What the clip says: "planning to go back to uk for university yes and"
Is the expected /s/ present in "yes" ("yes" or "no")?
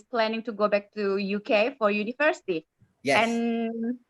no